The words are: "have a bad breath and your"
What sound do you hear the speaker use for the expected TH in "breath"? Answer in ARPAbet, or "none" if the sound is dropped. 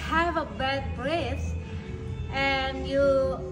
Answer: S